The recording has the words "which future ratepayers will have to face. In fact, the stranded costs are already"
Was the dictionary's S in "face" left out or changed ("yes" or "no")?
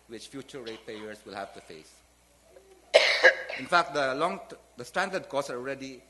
no